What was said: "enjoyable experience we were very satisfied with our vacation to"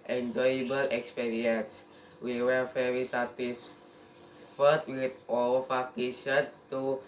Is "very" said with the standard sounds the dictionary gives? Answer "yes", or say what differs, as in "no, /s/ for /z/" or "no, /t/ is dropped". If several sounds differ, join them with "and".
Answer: no, /f/ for /v/